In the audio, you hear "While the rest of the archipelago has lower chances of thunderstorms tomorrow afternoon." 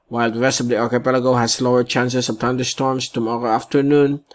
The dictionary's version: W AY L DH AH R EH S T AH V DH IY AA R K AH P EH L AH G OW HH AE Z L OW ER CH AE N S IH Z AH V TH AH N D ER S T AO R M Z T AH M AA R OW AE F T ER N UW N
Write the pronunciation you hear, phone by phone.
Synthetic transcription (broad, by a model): W AY L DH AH R EH S T AH V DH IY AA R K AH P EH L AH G OW HH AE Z L OW ER CH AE N S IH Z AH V T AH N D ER S T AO R M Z T AH M AA R OW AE F T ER N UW N